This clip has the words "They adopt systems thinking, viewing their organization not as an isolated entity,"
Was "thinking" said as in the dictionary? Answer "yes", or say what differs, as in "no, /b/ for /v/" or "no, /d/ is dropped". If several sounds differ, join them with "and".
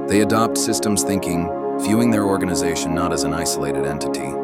yes